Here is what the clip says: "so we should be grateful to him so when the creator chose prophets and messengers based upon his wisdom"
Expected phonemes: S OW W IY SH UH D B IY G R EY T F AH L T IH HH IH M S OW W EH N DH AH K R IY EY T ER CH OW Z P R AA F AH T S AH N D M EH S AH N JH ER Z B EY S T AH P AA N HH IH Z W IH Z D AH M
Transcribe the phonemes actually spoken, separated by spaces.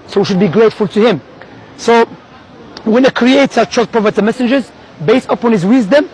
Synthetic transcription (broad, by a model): S OW W IY SH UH D B IY G R EY T F AH L T IH HH IH M S OW W EH N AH K R IY EY T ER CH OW P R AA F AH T AH M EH S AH N JH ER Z B EY S T AH P AA N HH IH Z W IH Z D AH M